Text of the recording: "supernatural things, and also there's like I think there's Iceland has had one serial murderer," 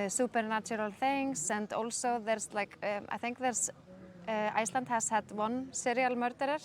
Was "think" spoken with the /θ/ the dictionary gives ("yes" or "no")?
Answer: yes